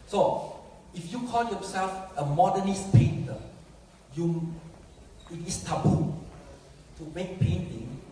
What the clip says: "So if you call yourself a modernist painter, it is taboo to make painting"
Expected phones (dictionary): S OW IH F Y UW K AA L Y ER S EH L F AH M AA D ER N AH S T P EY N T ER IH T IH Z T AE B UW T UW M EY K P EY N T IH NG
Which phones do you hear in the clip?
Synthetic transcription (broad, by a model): S OW IH F Y UW K AA L Y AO S EH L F AH M AA D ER N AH S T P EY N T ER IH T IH S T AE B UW T UW M EY K P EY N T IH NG